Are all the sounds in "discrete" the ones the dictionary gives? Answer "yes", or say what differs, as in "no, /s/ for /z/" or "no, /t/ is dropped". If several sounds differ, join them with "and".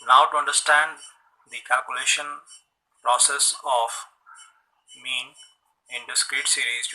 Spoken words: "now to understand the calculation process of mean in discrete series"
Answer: yes